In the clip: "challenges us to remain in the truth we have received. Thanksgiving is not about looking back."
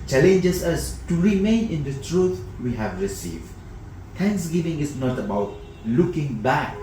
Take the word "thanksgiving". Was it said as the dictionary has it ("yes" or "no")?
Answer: no